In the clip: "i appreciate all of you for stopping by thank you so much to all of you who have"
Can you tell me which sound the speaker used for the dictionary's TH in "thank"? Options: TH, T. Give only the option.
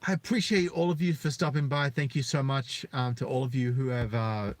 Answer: TH